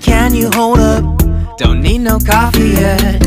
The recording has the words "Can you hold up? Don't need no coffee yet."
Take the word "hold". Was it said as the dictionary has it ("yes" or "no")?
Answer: yes